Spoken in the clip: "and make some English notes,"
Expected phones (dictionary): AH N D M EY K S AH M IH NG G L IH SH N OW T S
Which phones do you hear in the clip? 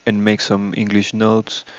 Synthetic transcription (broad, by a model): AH N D M EY K S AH M IH NG G L IH SH N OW T S